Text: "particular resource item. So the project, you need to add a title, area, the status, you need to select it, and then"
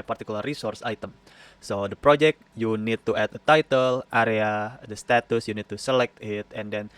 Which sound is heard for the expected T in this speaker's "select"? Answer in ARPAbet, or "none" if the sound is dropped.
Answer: T